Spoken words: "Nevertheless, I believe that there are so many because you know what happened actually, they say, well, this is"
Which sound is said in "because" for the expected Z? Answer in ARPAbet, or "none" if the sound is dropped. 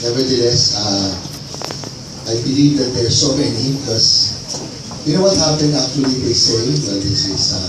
S